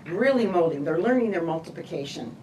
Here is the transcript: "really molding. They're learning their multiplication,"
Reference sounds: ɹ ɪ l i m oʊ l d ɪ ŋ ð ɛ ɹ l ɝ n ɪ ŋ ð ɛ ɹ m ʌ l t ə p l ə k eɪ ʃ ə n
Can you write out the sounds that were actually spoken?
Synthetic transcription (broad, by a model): ɹ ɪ l i m oʊ d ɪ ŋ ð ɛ ɹ l ɝ n ɪ ŋ ð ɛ ɹ m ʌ l t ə p l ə k eɪ ʃ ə n